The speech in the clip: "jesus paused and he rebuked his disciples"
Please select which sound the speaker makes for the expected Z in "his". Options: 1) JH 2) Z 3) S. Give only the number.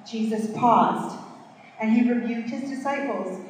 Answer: 2